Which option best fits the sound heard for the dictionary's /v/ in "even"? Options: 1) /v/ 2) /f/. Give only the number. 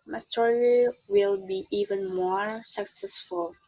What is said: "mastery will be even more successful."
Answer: 1